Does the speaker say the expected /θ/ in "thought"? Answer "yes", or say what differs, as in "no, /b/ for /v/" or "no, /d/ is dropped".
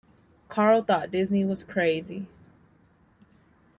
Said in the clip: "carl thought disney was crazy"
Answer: yes